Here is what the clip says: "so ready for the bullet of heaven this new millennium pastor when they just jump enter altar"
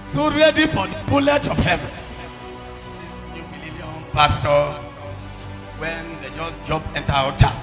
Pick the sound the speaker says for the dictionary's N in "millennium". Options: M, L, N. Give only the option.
L